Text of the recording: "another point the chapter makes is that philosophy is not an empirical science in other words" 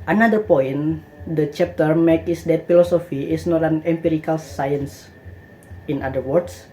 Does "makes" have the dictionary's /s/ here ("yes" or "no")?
no